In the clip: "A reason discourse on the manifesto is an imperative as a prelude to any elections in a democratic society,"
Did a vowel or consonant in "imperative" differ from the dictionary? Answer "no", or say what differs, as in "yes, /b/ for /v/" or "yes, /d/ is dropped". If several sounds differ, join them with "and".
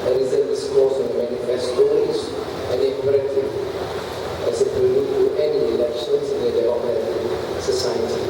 yes, /v/ is dropped